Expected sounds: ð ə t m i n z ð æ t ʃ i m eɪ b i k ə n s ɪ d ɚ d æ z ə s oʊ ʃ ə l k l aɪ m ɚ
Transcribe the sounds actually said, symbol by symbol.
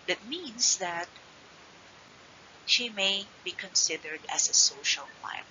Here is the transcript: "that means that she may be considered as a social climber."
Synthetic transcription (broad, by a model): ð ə t m i n s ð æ t ʃ i m eɪ b i k ə n s ɪ d ɚ d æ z ə s oʊ ʃ ə l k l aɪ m